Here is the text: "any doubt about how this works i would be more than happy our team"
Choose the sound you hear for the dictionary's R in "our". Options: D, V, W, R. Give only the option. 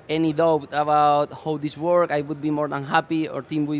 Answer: R